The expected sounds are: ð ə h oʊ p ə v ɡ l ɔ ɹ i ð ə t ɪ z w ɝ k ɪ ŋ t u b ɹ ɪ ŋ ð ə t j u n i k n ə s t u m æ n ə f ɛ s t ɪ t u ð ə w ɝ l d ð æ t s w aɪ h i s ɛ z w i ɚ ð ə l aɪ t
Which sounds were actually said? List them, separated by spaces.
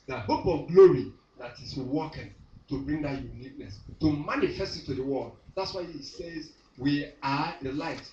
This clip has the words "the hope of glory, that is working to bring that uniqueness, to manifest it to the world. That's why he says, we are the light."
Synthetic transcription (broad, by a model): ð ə h oʊ p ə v ɡ l ɔ ɹ i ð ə t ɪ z w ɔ k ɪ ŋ t u b ɹ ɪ ŋ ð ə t j u n i k n ə s t u m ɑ n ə f ɛ s t ɪ t u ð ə w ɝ l d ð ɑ t s w aɪ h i s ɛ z w i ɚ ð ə l aɪ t